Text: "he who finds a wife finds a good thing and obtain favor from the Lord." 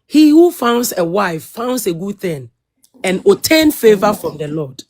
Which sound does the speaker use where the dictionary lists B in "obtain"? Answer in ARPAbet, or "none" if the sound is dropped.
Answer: none